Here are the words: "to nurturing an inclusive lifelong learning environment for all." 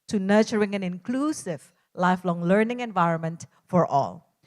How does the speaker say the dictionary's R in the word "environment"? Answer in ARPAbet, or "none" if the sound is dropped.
R